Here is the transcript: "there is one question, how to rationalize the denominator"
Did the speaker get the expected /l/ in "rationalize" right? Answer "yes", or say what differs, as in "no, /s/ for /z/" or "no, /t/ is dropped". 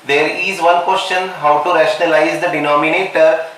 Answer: yes